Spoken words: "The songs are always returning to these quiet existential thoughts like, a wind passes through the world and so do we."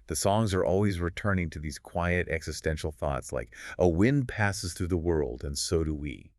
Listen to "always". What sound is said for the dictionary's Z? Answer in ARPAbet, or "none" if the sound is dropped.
Z